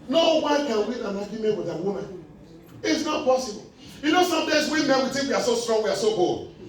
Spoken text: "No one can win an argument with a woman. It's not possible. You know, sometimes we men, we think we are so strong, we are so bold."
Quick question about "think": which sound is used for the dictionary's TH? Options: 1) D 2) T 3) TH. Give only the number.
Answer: 2